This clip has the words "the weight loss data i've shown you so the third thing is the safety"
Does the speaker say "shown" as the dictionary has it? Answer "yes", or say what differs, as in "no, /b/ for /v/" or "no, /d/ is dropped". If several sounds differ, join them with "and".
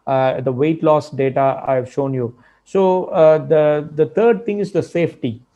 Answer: yes